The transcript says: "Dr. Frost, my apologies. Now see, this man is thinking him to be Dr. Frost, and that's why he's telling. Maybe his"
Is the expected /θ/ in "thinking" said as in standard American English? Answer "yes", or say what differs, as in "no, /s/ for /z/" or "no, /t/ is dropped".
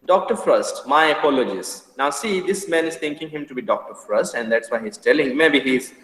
no, /t/ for /θ/